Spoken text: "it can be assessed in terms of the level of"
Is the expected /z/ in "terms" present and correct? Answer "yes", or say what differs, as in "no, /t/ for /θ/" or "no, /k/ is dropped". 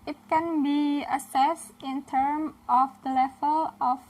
no, /z/ is dropped